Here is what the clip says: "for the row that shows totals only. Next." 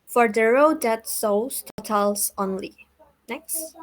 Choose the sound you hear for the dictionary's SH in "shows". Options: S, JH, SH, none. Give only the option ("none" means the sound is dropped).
S